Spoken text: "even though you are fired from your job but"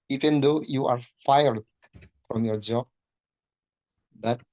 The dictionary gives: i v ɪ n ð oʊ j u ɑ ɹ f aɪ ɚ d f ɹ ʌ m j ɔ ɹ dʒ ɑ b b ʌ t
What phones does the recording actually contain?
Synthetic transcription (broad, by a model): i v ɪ n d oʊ j u ɑ ɹ f aɪ ɚ d f ɹ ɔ m j ɔ ɹ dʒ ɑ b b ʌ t